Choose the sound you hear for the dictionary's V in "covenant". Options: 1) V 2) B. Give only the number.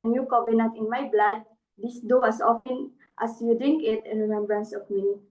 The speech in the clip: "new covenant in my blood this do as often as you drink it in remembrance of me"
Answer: 2